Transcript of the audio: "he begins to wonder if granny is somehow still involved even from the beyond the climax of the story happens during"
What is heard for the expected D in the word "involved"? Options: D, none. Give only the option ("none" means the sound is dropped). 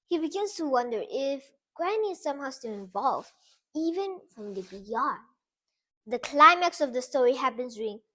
none